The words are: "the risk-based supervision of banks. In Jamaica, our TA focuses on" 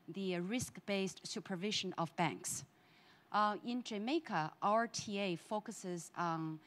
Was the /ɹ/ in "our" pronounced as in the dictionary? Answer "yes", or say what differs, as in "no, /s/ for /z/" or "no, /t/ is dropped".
yes